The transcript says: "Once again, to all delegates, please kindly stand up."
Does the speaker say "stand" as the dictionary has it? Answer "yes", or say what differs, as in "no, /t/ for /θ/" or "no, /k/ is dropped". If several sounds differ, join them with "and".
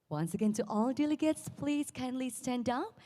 yes